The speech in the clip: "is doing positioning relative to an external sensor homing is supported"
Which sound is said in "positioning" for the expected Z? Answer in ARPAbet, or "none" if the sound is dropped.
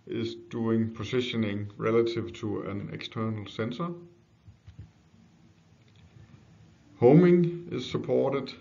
S